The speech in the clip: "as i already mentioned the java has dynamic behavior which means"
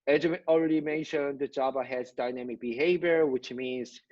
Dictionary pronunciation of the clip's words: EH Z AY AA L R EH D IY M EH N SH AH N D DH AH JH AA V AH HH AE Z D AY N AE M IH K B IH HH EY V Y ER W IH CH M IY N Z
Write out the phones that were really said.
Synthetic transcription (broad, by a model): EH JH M AA L R EH D IY M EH N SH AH N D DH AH JH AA B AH HH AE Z D AY N AE M IH K B IH HH EY V Y ER W IH CH M IY N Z